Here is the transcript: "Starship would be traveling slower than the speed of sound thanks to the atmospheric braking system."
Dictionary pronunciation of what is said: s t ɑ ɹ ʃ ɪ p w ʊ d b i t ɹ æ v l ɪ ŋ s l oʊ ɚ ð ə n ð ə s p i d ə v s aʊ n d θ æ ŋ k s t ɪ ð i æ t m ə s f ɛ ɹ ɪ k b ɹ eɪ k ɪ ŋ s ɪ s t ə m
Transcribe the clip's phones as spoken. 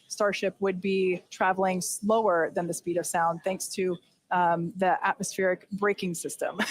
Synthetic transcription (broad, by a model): s t ɑ ɹ ʃ ɪ p w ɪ d b i t ɹ æ v l ɪ ŋ s l oʊ ɚ ð ə n ð ə s p i d ə v s aʊ n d θ æ ŋ k s t ɪ ð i æ t m ə s f ɛ ɹ ɪ k b ɹ eɪ k ɪ ŋ s ɪ s t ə m